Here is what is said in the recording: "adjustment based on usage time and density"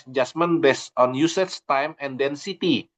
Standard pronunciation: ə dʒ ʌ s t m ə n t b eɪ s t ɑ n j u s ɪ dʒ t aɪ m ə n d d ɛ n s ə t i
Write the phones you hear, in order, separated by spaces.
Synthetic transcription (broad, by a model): dʒ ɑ s m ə n b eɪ s ɑ n j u s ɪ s t aɪ m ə n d d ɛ n s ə t i